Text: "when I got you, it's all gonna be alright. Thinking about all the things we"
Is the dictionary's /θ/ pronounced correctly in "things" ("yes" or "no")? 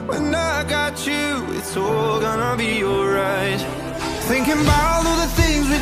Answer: yes